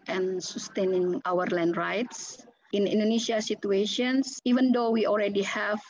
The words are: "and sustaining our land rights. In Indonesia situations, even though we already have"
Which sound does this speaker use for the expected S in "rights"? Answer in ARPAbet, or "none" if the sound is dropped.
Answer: S